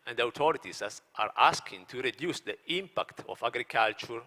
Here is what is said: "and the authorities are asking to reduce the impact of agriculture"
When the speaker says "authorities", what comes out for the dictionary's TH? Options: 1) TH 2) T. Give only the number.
2